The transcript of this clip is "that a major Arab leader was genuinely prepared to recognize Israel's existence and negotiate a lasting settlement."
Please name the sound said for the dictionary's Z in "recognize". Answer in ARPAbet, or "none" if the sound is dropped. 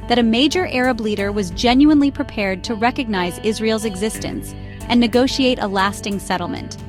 Z